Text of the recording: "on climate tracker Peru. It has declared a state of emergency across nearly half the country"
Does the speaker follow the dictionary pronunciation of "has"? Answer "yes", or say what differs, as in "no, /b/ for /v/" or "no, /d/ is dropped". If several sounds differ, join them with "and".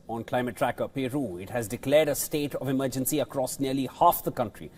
yes